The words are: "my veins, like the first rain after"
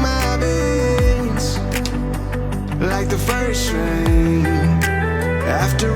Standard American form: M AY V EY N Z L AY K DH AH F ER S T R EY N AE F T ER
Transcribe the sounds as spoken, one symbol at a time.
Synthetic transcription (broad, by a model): M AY B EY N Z L AY K DH AH F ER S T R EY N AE F T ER